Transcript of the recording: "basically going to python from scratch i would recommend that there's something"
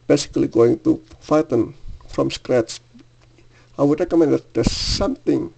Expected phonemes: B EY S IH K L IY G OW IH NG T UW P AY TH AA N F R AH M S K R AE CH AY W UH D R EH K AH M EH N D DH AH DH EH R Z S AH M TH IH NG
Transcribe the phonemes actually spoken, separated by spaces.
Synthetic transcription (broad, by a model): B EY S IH K L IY G OW IH NG T UW F AY T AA N F R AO M S K R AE S AY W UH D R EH K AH M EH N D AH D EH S S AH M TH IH NG